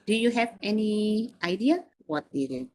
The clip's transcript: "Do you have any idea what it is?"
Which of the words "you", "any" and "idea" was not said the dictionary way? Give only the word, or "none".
none